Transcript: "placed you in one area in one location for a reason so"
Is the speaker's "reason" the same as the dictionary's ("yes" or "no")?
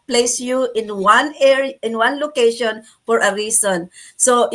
no